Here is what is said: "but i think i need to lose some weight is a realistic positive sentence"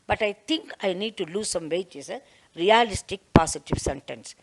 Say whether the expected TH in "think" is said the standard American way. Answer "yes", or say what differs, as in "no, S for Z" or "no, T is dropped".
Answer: no, T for TH